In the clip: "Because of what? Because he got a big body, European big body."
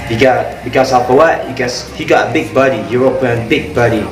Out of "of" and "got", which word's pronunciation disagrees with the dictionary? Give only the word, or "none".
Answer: of